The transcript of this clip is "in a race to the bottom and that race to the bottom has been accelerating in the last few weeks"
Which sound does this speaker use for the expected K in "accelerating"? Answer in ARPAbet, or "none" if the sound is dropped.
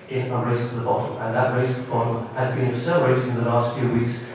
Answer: none